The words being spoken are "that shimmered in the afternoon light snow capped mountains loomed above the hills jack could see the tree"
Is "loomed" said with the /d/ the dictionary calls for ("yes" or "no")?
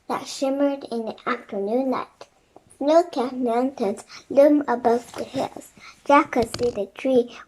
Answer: no